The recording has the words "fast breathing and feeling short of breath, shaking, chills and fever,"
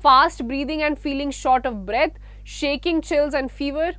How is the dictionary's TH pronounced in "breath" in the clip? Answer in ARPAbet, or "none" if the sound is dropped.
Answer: T